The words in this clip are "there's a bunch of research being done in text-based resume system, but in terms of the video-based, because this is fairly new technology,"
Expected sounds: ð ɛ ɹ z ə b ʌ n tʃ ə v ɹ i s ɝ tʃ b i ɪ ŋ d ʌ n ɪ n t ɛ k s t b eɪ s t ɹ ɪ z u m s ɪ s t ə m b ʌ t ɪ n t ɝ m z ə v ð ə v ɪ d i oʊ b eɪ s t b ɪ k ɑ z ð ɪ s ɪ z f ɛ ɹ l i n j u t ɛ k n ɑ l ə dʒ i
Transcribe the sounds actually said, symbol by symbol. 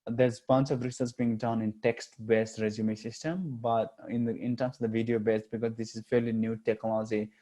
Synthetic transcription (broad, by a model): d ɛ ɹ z b ʌ n tʃ ə v ɹ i s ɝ s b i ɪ ŋ d ʌ n ɪ n t ɛ k s t b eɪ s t ɹ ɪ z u m s ɪ s t ə m b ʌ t ɪ n t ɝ m s ə v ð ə v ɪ d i oʊ b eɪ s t b ɪ k ɑ z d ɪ s ɪ z f ɛ ɹ l i n j u t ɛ k n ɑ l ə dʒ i